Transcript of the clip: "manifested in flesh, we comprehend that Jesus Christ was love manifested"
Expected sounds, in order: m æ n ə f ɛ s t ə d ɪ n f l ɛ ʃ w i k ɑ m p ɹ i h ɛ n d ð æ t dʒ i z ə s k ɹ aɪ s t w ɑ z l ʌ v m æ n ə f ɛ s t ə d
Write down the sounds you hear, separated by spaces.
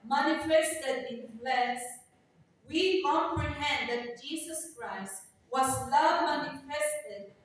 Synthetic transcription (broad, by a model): m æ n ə f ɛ s t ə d ɪ n p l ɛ s w i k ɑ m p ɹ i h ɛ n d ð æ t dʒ i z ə s k ɹ aɪ s t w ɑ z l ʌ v m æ n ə f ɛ s t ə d